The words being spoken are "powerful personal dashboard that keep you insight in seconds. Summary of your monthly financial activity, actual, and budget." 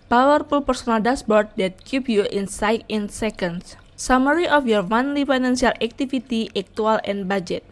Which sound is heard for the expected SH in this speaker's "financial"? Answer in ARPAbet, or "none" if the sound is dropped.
S